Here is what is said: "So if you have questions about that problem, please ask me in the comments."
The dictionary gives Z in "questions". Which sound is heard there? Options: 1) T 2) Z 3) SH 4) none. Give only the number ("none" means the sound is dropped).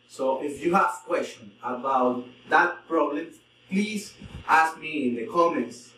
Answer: 4